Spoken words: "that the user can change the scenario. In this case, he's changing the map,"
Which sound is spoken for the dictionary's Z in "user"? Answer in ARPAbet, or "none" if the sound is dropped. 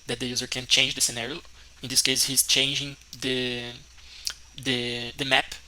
Z